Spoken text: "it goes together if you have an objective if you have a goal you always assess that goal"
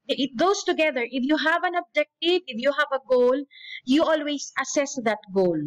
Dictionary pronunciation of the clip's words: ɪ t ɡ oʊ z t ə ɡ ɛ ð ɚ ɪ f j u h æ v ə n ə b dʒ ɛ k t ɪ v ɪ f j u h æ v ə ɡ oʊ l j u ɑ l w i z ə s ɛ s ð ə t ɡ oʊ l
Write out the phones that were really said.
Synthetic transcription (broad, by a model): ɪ t ɡ oʊ s t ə ɡ ɛ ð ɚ ɪ f j u h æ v ə n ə b dʒ ɛ k t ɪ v ɪ f j u h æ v ə ɡ oʊ l j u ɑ l w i s ə s ɛ s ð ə t ɡ oʊ l